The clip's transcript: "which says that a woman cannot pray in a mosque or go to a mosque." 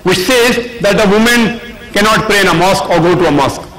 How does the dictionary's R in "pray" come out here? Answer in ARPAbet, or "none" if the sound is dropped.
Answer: R